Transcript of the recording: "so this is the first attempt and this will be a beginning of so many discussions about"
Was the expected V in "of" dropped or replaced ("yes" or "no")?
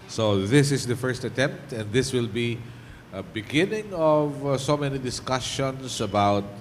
no